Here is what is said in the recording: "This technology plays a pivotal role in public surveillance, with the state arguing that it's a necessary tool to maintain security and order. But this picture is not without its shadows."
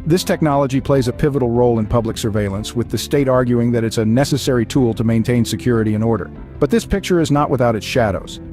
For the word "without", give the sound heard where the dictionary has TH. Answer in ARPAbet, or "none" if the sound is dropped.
TH